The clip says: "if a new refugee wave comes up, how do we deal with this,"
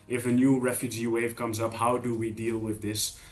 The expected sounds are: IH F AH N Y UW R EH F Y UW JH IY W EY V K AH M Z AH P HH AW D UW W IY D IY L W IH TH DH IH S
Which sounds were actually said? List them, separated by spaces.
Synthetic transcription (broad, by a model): IH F AH N Y UW R EH F Y UW JH IY W EY V K AH M Z AH P HH AW D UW W IY D IY L W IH DH IH S